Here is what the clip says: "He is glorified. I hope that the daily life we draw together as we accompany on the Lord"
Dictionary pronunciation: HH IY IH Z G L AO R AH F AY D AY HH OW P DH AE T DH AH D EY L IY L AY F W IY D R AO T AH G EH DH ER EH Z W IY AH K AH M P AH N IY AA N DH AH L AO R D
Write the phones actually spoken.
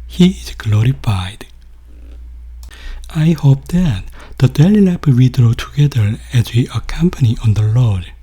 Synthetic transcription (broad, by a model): HH IY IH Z G L AO R AH F AY D AY HH OW P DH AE T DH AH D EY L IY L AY P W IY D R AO T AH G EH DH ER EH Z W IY AH K AH M P AH N IY AA N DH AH L AO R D